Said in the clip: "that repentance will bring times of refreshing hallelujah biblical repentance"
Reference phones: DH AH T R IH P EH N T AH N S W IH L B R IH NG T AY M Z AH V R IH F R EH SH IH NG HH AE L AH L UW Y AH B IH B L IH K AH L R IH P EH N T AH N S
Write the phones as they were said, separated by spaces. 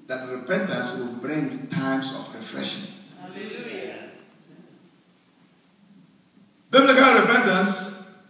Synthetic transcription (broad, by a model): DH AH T R IH P EH N T AH N S W IH L B R IH NG T AY M S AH F R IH F R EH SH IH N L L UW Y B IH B L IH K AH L R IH P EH N T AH N S